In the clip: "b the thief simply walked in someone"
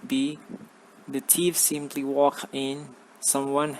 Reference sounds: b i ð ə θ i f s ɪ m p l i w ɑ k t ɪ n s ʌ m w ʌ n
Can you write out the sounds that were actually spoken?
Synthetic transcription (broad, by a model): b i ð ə t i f s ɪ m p l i w ɑ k ɪ n s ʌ m w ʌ n